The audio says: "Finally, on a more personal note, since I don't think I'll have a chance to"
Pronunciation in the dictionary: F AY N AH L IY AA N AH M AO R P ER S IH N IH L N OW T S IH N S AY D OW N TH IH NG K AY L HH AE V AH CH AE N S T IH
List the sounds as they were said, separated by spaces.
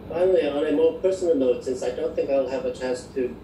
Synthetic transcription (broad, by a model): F AY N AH L IY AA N AH M AO R P ER S N L N OW T S IH N S AY D OW N TH IH NG K AY L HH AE V AH CH AE N S T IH